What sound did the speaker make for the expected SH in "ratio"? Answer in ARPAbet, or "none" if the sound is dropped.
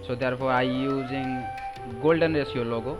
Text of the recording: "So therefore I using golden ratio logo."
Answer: S